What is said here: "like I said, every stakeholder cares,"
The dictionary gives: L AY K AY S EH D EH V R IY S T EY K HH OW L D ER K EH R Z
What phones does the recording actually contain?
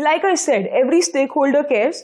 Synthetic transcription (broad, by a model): L AY K AY S EH D EH V R IY S T EY K HH OW L D ER K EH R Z